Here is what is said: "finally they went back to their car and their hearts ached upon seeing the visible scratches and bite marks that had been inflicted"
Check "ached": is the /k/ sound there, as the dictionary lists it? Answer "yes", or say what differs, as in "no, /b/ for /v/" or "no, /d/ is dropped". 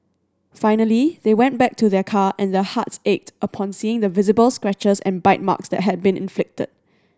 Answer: yes